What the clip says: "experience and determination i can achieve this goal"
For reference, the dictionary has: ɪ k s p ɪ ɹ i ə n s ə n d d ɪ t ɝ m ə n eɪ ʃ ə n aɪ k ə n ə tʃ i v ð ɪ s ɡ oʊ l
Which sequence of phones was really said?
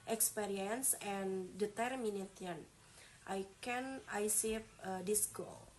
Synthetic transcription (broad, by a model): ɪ k s p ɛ ɹ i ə n s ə n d d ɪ t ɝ m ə n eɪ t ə n aɪ k ə n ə s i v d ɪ s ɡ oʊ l